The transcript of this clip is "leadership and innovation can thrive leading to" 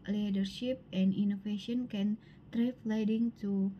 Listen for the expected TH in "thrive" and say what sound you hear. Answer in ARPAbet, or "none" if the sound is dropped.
T